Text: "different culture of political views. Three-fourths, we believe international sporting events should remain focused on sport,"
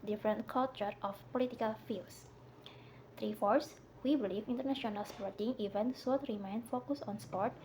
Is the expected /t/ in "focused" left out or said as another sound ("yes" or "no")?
yes